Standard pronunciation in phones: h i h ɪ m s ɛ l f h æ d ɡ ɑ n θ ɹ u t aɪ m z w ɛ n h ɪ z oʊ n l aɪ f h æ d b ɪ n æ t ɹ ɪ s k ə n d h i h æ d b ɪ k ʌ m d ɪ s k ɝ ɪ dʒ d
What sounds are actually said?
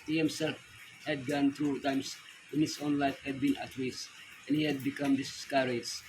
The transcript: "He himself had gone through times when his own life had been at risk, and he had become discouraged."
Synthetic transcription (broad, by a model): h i h ɪ m s ɛ l f h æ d ɡ ɑ n t ɹ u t aɪ m s w ɛ n h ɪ s oʊ n l aɪ f h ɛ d b ɪ n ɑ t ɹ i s ə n h i h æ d b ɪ k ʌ m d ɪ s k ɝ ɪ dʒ